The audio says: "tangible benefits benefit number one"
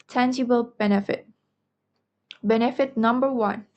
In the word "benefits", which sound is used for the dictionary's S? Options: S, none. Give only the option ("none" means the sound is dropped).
none